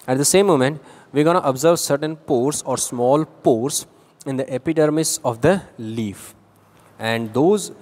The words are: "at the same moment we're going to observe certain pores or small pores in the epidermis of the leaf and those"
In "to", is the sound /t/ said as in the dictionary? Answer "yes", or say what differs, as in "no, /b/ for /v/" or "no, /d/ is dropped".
yes